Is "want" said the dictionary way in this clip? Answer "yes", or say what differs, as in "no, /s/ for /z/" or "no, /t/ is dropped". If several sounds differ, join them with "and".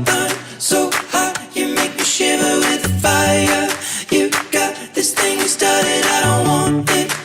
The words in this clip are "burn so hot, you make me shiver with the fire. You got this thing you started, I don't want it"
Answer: no, /t/ is dropped